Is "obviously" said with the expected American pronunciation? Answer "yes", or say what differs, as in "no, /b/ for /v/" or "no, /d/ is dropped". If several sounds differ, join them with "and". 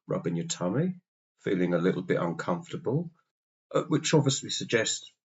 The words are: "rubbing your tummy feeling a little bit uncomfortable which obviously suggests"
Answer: no, /b/ is dropped